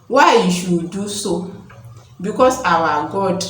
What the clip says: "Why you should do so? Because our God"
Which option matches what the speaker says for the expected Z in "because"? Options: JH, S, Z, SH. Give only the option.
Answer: S